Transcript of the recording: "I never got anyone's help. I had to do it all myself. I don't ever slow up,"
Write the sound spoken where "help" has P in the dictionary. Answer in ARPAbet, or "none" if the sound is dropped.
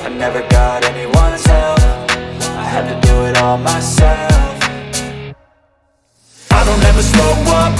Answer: F